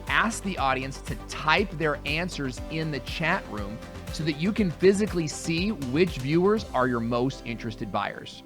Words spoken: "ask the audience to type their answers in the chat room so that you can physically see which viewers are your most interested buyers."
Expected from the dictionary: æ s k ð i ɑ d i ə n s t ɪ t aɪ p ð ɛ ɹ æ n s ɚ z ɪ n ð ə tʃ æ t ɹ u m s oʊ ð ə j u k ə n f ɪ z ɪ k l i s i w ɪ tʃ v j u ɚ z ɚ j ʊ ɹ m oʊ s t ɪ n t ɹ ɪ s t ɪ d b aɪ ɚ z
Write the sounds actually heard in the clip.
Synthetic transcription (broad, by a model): æ s k ð i ɑ d i ə n s t ɪ t aɪ p ð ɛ ɹ æ n s ɚ z ɪ n ð ə tʃ æ t ɹ u m s oʊ ð ə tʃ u k ə n f ɪ z ɪ k l i s i w ɪ tʃ v j u ɚ z ɚ j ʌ ɹ m oʊ s t ɪ n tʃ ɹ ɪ s t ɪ d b aɪ ɚ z